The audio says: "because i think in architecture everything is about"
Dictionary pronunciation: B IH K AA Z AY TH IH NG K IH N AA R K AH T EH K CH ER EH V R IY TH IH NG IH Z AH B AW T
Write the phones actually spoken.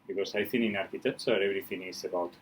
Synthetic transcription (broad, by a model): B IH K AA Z AY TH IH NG IH N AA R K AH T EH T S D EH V R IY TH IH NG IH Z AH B AW T